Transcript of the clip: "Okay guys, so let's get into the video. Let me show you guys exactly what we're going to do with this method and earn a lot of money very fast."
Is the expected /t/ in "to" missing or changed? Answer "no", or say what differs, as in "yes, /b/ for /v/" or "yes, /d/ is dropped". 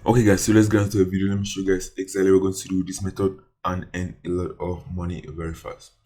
yes, /s/ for /t/